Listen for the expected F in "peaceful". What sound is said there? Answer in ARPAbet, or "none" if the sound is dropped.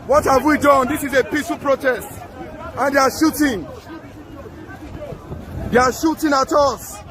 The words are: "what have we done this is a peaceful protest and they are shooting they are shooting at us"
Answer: none